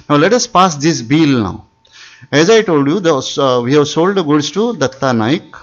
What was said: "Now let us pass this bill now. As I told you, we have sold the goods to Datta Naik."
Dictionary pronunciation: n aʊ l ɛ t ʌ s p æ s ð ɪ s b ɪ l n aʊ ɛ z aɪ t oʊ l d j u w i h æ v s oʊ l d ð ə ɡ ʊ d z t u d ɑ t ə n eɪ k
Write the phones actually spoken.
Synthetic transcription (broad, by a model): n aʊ l ɛ t ʌ s p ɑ s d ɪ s b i l n aʊ ɛ z aɪ t oʊ l d j u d i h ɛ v s oʊ l d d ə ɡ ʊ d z t u d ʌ t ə n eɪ k